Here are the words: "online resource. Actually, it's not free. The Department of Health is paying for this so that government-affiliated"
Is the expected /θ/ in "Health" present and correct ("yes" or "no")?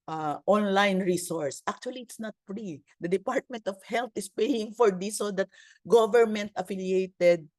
no